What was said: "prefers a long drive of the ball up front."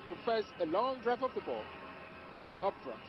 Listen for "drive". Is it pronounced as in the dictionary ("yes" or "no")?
no